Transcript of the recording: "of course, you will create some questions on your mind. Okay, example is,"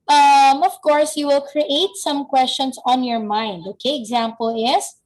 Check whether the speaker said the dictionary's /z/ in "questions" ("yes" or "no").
no